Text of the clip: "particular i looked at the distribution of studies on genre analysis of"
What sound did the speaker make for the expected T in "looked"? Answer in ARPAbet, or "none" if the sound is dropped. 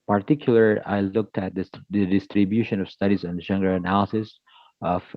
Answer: T